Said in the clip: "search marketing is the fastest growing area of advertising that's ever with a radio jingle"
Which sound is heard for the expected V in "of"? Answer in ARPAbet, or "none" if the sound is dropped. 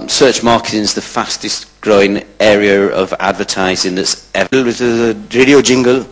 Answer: V